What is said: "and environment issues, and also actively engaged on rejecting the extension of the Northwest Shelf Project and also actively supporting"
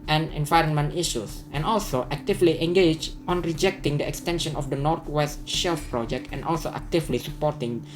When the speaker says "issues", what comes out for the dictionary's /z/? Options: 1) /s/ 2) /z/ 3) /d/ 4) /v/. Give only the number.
1